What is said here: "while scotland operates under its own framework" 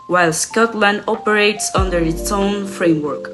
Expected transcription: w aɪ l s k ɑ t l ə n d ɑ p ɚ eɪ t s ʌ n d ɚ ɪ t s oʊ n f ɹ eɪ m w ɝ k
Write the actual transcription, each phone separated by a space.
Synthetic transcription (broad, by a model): w aɪ l s k ɑ t l ə n d ɑ p ɚ eɪ t s ʌ n d ɚ ɪ t s oʊ n f ɹ eɪ m w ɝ k